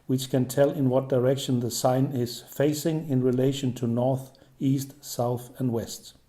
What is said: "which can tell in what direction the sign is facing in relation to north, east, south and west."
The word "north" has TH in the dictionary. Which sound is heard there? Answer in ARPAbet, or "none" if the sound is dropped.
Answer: TH